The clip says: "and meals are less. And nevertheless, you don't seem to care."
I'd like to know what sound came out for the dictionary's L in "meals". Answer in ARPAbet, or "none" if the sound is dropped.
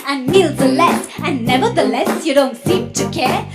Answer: L